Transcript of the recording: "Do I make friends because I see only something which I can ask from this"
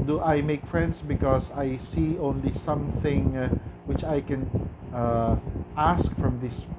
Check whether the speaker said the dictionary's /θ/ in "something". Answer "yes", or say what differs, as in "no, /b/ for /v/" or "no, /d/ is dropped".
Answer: yes